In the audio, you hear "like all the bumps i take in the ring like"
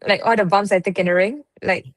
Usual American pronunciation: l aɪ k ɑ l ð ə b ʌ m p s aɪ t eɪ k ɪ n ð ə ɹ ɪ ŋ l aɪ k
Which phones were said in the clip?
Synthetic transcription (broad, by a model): l aɪ k ɑ l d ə b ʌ m s aɪ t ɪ k ɪ n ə ɹ ɪ ŋ l aɪ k